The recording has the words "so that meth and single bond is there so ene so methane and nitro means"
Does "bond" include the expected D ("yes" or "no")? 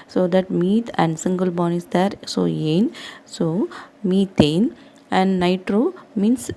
no